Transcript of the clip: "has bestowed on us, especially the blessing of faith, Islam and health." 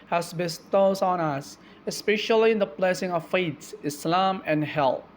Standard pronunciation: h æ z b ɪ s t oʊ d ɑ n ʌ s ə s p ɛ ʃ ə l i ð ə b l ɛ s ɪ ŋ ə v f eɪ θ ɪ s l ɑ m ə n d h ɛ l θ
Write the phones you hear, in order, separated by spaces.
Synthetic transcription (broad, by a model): h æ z b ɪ s t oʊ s ɑ n ʌ s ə s p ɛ ʃ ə l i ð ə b l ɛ s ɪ ŋ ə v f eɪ s ɪ s l ɑ m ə n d h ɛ l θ